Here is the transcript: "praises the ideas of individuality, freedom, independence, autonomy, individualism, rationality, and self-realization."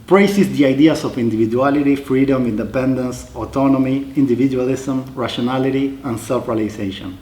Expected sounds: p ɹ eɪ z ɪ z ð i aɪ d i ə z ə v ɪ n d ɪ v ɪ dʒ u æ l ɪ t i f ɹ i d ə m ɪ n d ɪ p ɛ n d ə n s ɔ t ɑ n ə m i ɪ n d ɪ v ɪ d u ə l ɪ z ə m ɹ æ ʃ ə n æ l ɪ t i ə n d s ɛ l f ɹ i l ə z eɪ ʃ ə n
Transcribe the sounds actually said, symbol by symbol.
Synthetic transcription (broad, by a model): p ɹ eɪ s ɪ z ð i aɪ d i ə s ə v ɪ n d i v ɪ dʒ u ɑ l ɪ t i f ɹ i d ə m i n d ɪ p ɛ n d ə n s ɔ t ɑ n ə m i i n d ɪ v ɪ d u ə l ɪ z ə m ɹ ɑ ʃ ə n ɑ l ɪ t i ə n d s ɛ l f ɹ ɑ l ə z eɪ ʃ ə n